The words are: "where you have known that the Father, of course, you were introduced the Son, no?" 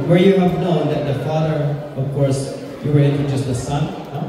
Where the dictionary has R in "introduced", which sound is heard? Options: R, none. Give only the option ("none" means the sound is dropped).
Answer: none